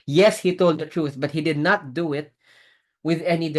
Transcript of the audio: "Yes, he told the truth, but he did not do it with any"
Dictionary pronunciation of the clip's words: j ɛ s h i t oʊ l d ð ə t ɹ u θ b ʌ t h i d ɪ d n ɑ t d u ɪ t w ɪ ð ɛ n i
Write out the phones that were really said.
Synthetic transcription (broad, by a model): j ɛ s h i t oʊ l d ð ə t ɹ u θ b ʌ t h i d ɪ d n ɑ t d u ɪ t w ɪ ð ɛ n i